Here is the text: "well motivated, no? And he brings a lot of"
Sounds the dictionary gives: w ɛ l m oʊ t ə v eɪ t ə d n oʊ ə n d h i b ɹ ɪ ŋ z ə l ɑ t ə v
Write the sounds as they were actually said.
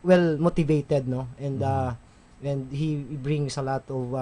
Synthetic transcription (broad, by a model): w ɛ l m oʊ t ə v eɪ t ə d n oʊ ə n d h i b ɹ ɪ ŋ s ə l ɑ t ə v